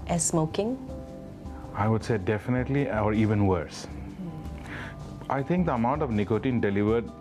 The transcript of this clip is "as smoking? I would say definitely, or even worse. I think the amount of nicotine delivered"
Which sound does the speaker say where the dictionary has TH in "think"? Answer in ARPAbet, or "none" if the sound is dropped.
T